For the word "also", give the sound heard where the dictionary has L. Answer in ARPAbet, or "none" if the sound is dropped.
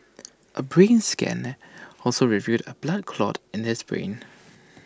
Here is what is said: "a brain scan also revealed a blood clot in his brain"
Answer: L